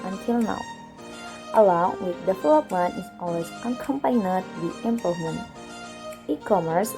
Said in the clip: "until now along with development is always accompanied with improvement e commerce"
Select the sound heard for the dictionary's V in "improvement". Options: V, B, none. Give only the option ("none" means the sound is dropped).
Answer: none